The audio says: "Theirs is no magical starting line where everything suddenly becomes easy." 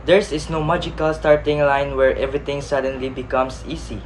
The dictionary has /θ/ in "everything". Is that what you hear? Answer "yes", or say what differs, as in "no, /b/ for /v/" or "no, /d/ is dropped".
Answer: no, /t/ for /θ/